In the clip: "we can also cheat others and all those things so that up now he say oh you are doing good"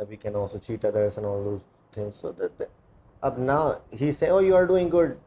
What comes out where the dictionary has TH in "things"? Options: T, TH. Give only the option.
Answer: T